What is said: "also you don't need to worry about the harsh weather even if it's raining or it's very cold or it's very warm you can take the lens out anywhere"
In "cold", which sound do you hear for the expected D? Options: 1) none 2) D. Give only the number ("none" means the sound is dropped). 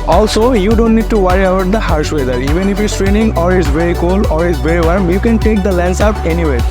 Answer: 1